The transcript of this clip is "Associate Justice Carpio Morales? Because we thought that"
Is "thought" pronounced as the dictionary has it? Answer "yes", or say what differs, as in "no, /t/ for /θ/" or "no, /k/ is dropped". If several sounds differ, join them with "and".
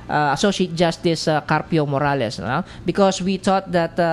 no, /t/ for /θ/